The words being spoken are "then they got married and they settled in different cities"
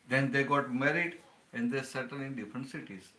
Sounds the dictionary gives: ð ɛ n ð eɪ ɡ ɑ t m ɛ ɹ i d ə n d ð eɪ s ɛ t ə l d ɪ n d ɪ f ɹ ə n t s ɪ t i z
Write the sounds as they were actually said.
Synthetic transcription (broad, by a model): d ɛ n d eɪ ɡ ɑ t m ɛ ɹ i d ə n d eɪ s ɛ t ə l ɪ n d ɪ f ɹ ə n t s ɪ t i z